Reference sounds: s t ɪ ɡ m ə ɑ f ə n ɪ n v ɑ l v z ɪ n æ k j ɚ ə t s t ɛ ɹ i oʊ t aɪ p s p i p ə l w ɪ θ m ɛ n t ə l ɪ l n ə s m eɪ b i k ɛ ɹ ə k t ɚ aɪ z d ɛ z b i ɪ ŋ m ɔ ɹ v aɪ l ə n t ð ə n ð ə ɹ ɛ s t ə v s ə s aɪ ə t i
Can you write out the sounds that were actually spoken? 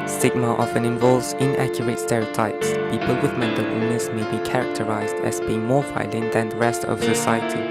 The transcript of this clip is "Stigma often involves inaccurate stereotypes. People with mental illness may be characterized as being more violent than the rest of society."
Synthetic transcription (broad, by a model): s t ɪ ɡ m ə ɑ f ə n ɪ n v ɑ l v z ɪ n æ k j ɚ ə t s t ɛ ɹ i oʊ t aɪ p s p i p ə l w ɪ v m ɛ n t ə w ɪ n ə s m eɪ b i k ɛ ɹ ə k t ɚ aɪ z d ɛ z b i ɪ ŋ m ɔ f aɪ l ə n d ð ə n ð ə ɹ ɛ s t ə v s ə s aɪ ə t i